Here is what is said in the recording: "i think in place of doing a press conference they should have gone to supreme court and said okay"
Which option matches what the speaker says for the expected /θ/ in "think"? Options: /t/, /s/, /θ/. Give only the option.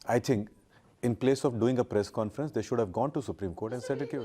/t/